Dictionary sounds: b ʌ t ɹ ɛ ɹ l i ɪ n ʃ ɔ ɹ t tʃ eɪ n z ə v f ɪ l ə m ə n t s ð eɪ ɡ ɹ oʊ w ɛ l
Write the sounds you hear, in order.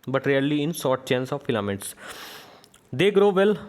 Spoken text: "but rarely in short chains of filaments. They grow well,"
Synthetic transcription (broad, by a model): b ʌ t ɹ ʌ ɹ l i ɪ n s ɔ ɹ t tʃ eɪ n s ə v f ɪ l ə m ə t s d eɪ ɡ ɹ oʊ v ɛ l